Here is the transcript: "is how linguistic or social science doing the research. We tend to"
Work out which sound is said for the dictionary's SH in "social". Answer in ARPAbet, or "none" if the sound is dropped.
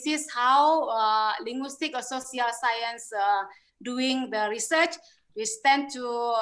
S